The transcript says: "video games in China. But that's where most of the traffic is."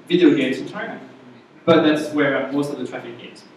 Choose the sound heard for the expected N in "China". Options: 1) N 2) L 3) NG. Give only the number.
2